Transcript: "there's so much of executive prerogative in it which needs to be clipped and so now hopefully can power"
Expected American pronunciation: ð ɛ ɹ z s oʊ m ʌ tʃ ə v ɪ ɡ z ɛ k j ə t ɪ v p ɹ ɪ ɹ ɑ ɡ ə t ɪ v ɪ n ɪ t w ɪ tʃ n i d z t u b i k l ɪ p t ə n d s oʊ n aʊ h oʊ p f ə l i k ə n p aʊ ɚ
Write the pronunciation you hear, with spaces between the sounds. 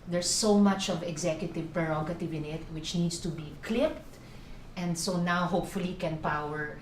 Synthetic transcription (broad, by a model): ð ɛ ɹ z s oʊ m ʌ tʃ ə v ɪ ɡ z ɛ k j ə t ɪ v p ɹ ɪ ɹ ɑ ɡ ə t ɪ v ɪ n ɪ t w ɪ tʃ n i d s t u b i k l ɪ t t ə n d s oʊ n aʊ h oʊ p f ə l i k ə n p aʊ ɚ